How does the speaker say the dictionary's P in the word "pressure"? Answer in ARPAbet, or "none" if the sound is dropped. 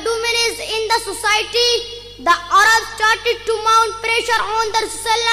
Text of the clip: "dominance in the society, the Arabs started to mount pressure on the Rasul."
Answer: P